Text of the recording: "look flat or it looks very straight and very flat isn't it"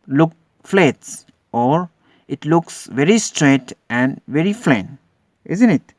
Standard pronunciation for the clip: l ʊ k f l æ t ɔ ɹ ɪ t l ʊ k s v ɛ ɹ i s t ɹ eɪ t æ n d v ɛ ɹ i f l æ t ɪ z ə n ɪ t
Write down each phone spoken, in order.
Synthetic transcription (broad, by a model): l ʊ k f l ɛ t ɔ ɹ ɪ t l ʊ k s v ɛ ɹ i s t ɹ eɪ t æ n d v ɛ ɹ i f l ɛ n ɪ z ə n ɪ t